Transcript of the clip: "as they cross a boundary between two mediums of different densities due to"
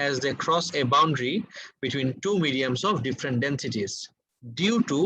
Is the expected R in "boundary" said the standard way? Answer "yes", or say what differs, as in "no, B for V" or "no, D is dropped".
yes